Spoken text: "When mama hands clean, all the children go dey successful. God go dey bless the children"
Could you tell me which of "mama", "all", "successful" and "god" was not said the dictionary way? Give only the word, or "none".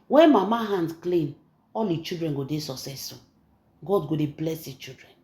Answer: successful